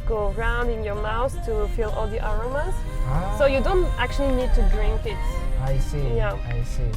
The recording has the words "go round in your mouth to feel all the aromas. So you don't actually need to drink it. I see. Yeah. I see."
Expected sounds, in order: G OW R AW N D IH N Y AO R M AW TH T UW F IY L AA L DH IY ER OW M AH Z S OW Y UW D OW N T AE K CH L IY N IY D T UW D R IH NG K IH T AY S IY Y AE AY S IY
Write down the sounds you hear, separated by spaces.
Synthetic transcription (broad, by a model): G OW R AW N D IH N Y AO R M AW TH T UW F IY L AA L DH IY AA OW M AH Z S OW Y UW D OW N T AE K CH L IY N IY D T UW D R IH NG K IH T AY S IY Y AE AY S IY